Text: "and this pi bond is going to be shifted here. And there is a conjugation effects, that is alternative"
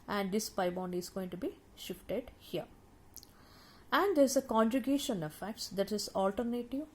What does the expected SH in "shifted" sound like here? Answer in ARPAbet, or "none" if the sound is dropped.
SH